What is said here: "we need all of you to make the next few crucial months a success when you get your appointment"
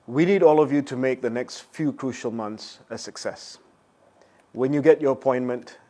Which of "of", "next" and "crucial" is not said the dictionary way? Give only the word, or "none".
none